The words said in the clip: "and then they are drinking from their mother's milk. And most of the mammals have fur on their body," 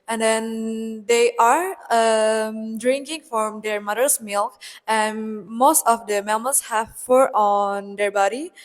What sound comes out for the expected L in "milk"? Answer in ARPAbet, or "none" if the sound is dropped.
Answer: L